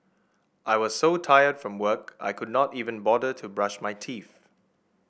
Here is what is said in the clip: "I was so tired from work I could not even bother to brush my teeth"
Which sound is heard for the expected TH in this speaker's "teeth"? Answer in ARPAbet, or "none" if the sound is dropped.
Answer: F